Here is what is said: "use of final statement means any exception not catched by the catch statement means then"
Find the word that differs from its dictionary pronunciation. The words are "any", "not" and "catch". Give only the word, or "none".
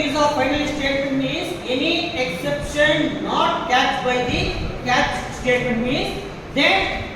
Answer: catch